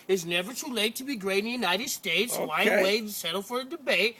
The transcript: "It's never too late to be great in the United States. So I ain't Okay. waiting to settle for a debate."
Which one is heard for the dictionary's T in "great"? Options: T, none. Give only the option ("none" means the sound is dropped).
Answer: none